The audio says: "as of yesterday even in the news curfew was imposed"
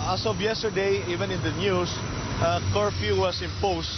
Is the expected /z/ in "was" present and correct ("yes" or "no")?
no